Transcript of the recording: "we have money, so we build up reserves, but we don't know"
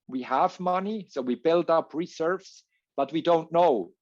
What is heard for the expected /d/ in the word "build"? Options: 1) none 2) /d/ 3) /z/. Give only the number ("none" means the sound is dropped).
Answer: 2